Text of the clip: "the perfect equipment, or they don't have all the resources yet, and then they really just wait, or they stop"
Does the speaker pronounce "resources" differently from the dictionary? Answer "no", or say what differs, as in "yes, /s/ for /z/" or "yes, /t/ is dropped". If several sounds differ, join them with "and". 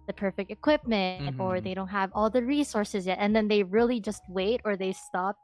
no